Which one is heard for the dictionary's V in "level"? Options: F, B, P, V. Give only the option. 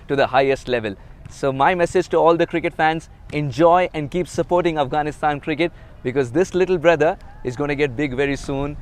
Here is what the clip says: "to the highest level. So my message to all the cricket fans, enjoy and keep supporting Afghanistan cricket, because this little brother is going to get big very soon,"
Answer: V